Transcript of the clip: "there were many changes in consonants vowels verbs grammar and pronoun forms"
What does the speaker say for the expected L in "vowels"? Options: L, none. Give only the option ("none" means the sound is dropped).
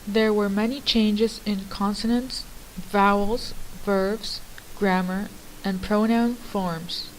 L